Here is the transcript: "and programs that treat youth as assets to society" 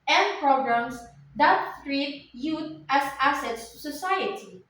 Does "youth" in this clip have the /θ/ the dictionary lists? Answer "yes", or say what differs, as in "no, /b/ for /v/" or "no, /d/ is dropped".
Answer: no, /t/ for /θ/